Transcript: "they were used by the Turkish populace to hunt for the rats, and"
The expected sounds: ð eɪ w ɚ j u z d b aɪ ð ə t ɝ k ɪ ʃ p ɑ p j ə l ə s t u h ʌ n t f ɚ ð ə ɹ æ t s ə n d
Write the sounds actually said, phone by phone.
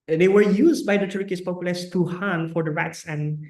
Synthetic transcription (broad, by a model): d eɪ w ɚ j u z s b aɪ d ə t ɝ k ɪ s p ɑ p j ə l ə s t u h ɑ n f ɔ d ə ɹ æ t s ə n